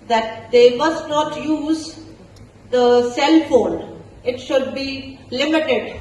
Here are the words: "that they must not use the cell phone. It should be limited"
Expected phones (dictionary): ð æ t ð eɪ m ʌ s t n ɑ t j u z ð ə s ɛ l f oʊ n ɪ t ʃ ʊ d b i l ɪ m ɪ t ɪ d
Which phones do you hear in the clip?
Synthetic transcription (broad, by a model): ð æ t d eɪ m ʌ s t n ɑ t j u z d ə s ɛ l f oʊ l ɪ t ʃ ʊ d b i l ɪ m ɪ t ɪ d